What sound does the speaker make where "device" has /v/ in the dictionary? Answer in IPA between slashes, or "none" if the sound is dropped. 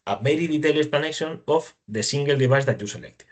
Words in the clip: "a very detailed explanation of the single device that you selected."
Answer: /b/